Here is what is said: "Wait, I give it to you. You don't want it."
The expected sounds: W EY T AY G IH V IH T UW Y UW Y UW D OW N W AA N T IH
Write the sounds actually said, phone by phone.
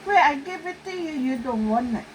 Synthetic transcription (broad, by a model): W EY AY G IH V IH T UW Y UW Y UW D OW N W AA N IH